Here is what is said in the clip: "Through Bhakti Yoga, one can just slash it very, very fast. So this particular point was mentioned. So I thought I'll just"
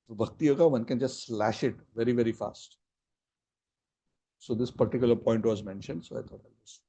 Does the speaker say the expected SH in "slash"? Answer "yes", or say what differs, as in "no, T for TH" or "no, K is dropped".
yes